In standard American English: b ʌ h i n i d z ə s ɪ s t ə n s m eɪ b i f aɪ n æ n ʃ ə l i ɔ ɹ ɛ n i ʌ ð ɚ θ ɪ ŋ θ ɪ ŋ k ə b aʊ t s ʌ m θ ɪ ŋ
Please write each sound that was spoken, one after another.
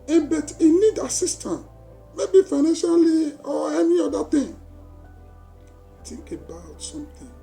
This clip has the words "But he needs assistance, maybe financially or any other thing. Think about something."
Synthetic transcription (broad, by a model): b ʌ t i n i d ə s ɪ s t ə n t m eɪ b i f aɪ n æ n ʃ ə l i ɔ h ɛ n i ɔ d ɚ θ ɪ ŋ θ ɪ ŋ k ə b aʊ t s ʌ m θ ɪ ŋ